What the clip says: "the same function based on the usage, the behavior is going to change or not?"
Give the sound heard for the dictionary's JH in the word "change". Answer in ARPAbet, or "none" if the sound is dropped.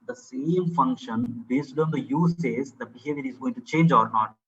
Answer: JH